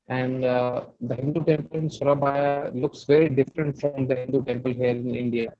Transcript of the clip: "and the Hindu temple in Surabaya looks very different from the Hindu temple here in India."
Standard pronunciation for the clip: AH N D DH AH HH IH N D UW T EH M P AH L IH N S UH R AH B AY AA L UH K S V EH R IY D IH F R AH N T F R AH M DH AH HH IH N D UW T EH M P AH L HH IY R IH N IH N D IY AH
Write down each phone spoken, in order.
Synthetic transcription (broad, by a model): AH N D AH HH IH N D UW T EH M P AH L IH N S UH R AH B AY AA L UH K S V EH R IY D IH F R AH N T F R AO M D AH HH IH N D UW T EH M P AH L HH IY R IH N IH N D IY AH